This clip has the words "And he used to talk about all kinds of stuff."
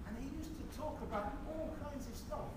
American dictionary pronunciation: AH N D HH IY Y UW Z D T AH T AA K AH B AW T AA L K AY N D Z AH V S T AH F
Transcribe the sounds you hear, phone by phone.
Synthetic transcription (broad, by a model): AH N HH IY Y UW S T AH T AA K AH B AW T AA L K AY N D Z AH V S T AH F